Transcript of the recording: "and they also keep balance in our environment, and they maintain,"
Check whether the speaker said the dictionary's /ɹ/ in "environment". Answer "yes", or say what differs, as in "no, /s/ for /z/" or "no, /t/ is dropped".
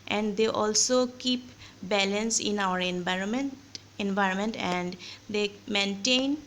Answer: yes